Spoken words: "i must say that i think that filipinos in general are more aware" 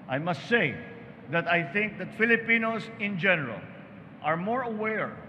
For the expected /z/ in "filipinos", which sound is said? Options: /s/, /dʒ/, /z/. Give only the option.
/s/